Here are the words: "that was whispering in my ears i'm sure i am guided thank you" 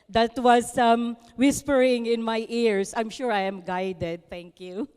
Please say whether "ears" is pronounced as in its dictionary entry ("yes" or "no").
no